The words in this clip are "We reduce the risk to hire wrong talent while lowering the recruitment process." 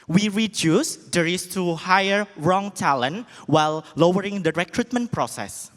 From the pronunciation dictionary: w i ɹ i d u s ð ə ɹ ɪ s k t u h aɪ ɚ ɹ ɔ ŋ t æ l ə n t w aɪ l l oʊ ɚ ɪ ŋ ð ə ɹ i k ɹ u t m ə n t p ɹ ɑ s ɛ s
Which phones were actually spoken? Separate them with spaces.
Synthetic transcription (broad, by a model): w i ɹ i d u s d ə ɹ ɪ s t u h aɪ ɚ ɹ ɔ ŋ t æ l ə n w aɪ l l oʊ ɚ ɪ ŋ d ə ɹ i k ɹ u t m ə n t p ɹ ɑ s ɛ s